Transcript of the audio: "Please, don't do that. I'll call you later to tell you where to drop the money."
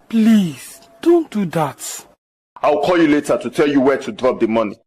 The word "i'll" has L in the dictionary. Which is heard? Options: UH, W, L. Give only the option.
W